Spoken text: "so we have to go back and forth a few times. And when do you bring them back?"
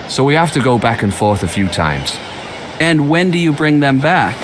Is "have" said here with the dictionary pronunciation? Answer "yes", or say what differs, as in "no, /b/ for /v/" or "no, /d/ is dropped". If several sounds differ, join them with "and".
no, /f/ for /v/